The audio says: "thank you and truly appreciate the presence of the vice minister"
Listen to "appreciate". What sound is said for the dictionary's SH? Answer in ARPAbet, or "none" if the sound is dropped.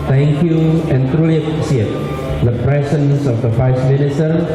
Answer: S